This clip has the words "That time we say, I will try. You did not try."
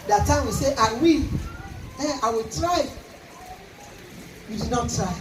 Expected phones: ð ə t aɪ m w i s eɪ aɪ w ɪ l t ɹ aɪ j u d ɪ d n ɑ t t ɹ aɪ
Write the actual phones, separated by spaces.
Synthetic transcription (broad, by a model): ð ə t aɪ m w i s eɪ aɪ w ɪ w t ɹ aɪ j u d ɪ d n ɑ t t ɹ aɪ